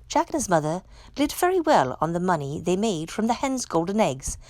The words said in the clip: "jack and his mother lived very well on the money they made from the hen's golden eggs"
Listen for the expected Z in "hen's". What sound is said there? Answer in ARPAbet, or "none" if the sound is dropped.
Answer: Z